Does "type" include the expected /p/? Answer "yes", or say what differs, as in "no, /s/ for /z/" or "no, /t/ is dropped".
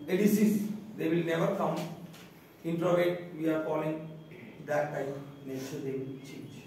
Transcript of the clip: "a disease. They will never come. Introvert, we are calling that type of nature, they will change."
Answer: no, /p/ is dropped